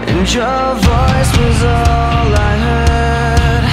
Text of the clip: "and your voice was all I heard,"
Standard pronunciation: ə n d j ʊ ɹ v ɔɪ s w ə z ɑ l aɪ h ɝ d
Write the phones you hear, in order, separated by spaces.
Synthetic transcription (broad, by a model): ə n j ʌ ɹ v ɔɪ s w ə z ɑ l aɪ h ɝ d